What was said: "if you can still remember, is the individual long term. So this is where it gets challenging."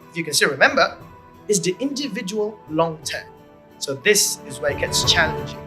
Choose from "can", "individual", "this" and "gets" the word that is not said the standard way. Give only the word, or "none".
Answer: none